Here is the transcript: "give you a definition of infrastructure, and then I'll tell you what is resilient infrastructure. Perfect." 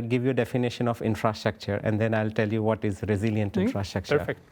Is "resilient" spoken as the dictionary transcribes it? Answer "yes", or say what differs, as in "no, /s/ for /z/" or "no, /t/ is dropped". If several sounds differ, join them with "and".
yes